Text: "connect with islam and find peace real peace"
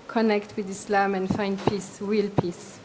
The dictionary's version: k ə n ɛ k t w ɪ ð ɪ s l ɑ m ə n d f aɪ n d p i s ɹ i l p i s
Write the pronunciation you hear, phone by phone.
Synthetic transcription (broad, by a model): k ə n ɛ k t w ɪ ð ɪ s l ɑ m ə n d f aɪ n d p i s w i l p i s